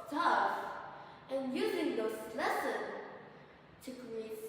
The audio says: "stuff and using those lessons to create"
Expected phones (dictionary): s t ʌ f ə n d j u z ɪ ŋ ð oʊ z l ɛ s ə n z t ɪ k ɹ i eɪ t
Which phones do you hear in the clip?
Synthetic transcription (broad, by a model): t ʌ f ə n j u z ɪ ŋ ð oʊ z l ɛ s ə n t ɪ k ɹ i eɪ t